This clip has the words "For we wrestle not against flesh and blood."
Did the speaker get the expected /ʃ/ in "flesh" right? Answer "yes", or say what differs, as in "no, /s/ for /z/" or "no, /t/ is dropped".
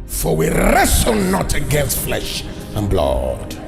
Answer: yes